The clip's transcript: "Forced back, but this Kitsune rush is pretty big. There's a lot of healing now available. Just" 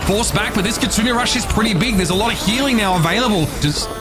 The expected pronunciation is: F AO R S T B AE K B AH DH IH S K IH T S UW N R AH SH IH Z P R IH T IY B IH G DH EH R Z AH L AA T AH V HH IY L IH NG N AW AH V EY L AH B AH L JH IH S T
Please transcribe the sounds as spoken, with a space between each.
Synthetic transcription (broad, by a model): F AO R S B AE K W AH DH IH S K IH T UW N R AH SH IH Z P R IH T IY B IH G DH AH R Z AH L AA T AH V HH IY L IH NG N AW AH V EY L AH B AH L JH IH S